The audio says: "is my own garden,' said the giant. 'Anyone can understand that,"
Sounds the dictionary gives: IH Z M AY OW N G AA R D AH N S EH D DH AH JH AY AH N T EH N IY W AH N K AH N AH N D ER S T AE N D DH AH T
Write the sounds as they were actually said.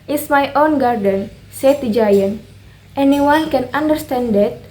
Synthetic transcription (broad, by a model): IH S M AY OW N G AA R D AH N S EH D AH JH AY AH N T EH N IY W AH N K AH N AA N D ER S T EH N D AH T